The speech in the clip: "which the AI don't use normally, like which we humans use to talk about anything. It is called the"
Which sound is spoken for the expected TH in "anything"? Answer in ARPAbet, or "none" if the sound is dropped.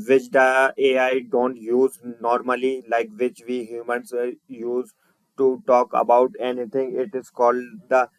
T